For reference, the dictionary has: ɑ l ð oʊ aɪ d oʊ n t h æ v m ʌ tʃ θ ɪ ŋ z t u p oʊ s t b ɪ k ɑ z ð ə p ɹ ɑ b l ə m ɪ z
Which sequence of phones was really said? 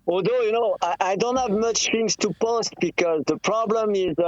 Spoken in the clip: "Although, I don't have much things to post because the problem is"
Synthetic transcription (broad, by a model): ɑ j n oʊ aɪ d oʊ n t h æ v m ʌ tʃ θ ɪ ŋ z t u p oʊ s t b ɪ k ɑ z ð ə p ɹ ɑ b l ə m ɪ z